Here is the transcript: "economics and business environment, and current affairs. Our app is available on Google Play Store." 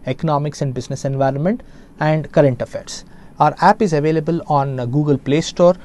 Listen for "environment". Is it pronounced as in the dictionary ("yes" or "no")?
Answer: yes